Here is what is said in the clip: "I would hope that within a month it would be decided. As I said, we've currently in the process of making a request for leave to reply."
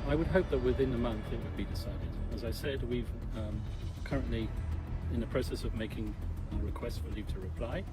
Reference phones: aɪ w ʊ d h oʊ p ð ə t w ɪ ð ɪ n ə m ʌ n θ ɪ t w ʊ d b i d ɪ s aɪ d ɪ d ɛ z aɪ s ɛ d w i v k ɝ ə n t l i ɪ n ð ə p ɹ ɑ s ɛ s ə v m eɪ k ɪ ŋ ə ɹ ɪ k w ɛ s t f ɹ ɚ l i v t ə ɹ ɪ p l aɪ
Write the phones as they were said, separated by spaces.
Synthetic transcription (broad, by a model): aɪ w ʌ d h oʊ p ð ə t w ɪ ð ɪ n ə m ʌ n θ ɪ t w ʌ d b i d ɪ s aɪ d ɪ d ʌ z aɪ s ɛ d w i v k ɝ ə n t l i ɪ n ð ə p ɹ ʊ s ɛ s ə v m eɪ k ɪ ŋ ə ɹ ɪ k w ɛ s t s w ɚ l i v t ə ɹ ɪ p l aɪ